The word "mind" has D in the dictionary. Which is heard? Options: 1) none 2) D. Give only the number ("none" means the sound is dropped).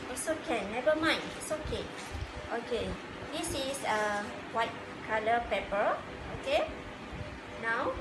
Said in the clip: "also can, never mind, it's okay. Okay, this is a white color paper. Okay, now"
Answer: 1